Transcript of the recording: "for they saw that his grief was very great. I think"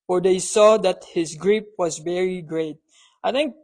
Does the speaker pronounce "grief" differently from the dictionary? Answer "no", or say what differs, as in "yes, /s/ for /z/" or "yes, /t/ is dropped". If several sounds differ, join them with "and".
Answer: yes, /p/ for /f/